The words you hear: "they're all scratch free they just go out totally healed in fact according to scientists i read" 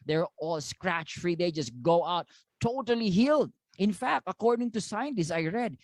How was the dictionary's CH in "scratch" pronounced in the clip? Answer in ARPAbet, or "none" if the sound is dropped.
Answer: CH